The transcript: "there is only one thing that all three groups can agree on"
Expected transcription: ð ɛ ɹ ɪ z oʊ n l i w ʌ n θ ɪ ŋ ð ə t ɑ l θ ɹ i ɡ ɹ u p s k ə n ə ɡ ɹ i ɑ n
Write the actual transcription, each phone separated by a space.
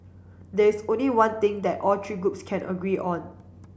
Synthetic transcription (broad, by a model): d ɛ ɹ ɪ s oʊ n l i w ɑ n t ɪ ŋ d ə t ɑ l t ɹ i ɡ ɹ u p s k ə n ə ɡ ɹ i ɑ n